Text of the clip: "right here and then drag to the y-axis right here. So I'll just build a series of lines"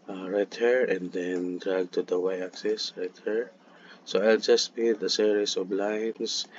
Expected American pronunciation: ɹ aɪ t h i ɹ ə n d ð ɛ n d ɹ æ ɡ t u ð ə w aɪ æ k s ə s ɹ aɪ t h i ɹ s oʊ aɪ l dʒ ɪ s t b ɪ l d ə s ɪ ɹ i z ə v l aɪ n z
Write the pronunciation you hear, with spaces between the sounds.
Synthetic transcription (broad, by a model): ɹ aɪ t h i ɹ ə n d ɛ n d ɹ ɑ ɡ t u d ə w aɪ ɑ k s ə s ɹ aɪ t h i ɹ s oʊ aɪ l dʒ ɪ s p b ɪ d ə s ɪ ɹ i s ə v l aɪ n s